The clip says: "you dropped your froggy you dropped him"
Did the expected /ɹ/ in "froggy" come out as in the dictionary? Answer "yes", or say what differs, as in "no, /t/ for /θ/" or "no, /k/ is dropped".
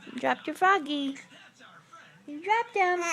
no, /ɹ/ is dropped